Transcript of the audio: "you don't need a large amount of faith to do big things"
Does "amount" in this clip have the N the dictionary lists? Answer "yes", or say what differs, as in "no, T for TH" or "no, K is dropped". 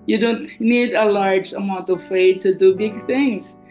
yes